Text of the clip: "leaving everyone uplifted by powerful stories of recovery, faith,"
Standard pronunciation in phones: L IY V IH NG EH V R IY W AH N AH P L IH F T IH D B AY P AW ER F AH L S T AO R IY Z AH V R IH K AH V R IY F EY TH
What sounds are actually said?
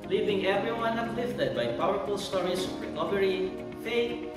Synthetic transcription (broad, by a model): L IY V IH NG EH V R IY W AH N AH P L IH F T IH D B AY P AW ER F AH L S T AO R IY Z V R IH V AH R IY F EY